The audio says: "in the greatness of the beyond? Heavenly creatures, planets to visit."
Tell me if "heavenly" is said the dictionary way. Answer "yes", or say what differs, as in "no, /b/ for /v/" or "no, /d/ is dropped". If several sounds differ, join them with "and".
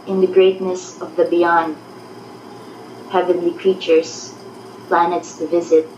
yes